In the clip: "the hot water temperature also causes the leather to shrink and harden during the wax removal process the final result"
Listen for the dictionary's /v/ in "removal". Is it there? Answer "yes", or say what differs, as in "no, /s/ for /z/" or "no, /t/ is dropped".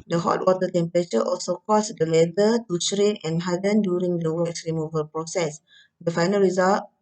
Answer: yes